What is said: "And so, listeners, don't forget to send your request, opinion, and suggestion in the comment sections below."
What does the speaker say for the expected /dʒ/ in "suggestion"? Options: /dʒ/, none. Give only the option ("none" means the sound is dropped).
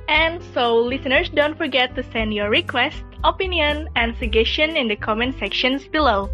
none